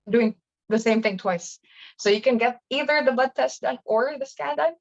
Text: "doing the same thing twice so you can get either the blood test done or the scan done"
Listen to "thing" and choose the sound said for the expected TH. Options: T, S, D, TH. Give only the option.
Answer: TH